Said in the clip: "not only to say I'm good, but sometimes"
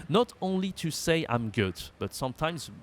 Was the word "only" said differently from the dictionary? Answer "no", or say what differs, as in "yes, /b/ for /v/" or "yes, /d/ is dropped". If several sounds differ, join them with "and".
no